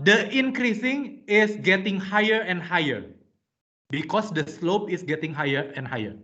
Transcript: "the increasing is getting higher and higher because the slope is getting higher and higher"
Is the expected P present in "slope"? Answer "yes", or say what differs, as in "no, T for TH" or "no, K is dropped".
yes